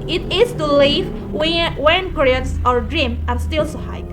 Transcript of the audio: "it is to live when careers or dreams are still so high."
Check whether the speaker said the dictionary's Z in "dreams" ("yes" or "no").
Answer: no